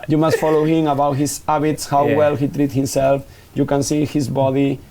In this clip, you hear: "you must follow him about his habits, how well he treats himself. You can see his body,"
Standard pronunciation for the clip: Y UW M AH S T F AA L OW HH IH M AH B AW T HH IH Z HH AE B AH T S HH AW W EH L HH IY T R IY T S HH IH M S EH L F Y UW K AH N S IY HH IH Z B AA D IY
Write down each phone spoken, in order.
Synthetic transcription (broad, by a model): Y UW M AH S T F AA L OW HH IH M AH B AW T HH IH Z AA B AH T S HH AW W EH L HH IY T R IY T HH IH M S EH L F Y UW K AH N S IY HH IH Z B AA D IY